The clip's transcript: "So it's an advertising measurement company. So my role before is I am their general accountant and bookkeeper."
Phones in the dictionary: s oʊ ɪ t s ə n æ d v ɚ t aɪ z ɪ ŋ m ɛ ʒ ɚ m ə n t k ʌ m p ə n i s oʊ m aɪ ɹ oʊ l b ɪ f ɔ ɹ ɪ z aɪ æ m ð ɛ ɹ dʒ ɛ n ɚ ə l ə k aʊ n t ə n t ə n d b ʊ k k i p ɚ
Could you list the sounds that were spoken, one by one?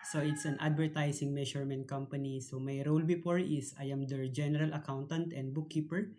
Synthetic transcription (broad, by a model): s oʊ ɪ t s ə n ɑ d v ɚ t aɪ s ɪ ŋ m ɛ ʃ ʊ m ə n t k ʌ m p ə n i s oʊ m aɪ ɹ oʊ l b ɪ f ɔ ɹ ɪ s aɪ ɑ m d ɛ ɹ dʒ ɛ n ɚ ə l ə k aʊ n t ə n t ə n d b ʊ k k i p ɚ